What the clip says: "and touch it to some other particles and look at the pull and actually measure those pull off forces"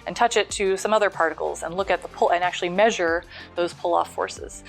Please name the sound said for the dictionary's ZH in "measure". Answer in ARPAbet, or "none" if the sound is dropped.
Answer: ZH